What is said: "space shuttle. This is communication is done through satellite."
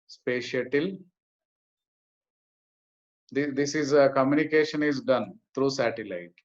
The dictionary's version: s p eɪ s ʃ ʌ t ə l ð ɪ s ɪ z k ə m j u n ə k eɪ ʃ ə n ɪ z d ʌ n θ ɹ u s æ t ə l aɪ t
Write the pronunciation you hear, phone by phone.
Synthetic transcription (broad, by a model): s p eɪ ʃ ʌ t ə l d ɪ s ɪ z k ə m j u n ə k eɪ ʃ ə n ɪ z d ʌ n t ɹ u s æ t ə l aɪ t